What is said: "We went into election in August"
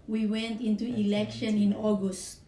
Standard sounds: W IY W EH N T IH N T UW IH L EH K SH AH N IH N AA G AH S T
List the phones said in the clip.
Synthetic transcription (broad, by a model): W IY W EH N T IH N T UW IH L EH K SH AH N IH N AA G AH S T